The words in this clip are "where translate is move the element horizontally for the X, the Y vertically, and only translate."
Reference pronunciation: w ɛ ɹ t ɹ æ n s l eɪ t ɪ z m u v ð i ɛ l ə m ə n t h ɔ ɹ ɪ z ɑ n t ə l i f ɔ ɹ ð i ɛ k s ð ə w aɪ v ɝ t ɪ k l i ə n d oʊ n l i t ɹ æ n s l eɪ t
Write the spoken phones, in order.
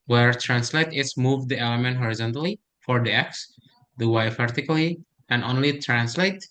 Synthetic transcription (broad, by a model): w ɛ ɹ t ɹ æ n s l eɪ t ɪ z m u v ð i ɛ l ə m ə n t h ɔ ɹ ɪ z ɑ n t ə l i f ɔ ɹ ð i ɛ k s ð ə w aɪ f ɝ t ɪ k l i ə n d oʊ n l i t ɹ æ n s l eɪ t